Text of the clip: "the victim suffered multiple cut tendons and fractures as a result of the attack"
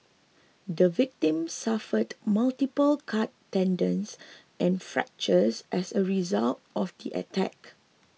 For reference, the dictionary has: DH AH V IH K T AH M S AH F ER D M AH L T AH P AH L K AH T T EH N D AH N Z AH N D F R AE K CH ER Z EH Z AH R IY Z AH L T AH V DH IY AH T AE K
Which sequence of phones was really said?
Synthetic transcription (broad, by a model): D AH V IH K T AH M S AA F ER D M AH L T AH P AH L K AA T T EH N D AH N S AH N F R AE K CH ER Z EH S AH R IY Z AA L T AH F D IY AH T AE K